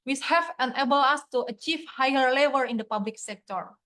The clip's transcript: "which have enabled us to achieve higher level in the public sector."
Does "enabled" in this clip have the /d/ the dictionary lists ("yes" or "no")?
no